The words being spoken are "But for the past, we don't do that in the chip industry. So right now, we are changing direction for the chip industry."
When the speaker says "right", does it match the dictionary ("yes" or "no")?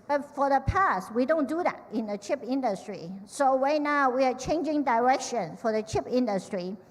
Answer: no